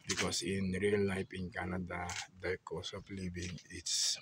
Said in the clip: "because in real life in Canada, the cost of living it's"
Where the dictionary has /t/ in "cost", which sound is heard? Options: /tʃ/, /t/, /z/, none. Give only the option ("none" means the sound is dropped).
none